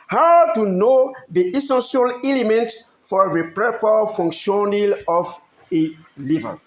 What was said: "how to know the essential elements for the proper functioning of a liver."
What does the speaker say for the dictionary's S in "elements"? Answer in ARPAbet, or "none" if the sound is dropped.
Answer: none